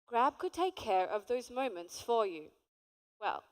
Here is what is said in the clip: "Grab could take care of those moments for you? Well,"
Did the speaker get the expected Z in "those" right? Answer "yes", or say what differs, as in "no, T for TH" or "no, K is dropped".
yes